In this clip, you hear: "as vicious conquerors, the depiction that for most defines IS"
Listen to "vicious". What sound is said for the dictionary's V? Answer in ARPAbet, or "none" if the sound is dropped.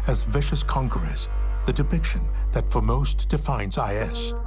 V